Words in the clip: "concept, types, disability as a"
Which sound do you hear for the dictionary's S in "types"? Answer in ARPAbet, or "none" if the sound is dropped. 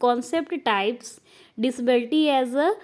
S